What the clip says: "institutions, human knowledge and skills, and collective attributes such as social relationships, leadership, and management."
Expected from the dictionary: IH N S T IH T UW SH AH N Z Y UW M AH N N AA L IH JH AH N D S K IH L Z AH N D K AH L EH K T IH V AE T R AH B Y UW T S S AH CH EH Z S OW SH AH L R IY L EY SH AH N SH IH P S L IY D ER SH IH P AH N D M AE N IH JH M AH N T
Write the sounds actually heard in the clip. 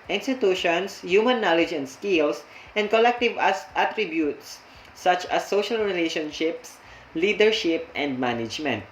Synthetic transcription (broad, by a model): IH N S T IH T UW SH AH N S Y UW M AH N N AA L IH JH AH N D S K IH L S AH N D K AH L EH K T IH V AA T R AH B Y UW T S S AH CH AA S OW SH AH L R IY L EY SH AH N SH IH P S L IY D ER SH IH P AH N D M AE N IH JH M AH N T